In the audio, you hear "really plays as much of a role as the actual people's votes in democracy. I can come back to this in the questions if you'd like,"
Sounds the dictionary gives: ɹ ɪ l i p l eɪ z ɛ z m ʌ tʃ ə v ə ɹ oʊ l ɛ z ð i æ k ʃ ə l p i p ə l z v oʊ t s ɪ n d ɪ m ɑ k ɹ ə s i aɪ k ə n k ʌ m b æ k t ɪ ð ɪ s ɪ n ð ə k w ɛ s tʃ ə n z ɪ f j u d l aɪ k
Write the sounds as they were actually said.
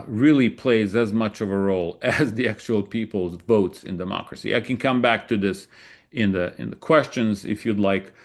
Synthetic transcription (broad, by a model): ɹ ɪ l i p l eɪ z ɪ z m ʌ tʃ ə v ə ɹ oʊ l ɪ z ð i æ k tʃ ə l p i p l z v oʊ t s ɪ n d ɪ m ɑ k ɹ ə s i aɪ k ə n k ʌ m b æ k t ɪ ð ɪ s ɪ n ð ə k w ɛ s tʃ ə n z ɪ f j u d l aɪ k